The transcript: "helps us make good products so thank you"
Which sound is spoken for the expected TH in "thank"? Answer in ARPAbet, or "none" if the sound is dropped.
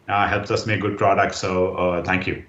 T